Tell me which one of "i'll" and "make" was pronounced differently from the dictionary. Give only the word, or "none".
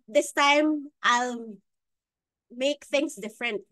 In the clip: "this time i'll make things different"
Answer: none